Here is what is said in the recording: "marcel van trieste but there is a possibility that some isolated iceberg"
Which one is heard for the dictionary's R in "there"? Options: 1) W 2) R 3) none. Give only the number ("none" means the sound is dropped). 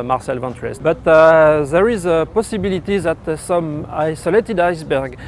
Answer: 2